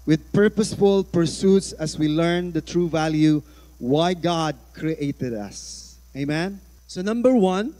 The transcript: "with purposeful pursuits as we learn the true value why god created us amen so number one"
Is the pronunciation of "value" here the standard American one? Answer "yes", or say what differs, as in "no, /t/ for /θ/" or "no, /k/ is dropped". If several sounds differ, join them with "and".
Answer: yes